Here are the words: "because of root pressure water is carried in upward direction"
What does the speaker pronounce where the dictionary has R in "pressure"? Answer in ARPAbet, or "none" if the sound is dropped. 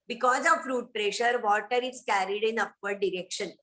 R